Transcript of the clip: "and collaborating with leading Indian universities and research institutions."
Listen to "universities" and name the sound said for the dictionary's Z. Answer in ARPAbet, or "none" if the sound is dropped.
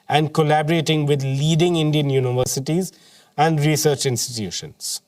Z